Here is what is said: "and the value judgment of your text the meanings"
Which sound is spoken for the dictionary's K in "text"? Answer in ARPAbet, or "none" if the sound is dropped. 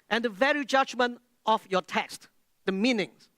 K